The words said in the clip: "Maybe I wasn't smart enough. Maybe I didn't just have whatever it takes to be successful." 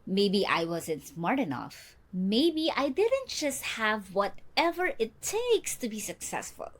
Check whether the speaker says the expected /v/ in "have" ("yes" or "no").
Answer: yes